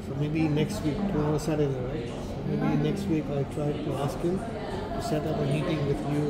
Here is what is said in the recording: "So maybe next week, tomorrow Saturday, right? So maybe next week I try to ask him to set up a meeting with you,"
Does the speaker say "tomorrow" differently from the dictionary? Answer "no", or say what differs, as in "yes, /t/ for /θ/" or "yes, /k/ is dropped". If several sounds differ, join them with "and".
yes, /m/ is dropped and /ɹ/ is dropped